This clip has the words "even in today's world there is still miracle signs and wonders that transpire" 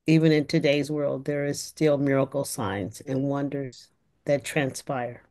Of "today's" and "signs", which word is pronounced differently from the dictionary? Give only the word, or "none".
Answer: none